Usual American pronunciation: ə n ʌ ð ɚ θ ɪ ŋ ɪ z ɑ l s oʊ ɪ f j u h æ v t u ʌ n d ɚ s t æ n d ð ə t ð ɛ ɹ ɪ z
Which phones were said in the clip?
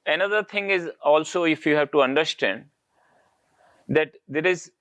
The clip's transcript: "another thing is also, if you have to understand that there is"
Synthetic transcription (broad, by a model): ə n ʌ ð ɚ t ɪ ŋ ɪ z ɑ l s oʊ ɪ f j u h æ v t u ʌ n d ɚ s t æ n d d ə t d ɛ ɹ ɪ z